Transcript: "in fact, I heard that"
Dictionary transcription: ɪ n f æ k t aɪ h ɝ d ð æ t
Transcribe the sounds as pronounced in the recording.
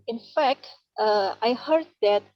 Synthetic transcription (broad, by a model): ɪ n f æ k t aɪ h ɝ d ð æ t